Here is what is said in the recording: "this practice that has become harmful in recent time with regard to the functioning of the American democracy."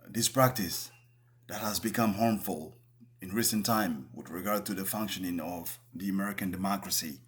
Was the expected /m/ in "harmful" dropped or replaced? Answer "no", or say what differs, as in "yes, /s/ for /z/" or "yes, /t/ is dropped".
no